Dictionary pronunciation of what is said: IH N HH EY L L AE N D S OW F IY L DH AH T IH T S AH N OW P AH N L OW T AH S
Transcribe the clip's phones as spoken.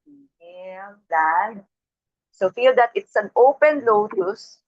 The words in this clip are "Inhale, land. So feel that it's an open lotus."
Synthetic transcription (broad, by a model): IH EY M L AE D S OW F IY L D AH T IH T S AH N OW P AH N L OW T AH S